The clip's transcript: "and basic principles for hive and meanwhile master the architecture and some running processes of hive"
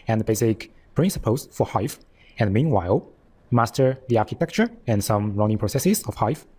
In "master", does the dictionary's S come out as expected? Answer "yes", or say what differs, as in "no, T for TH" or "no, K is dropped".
yes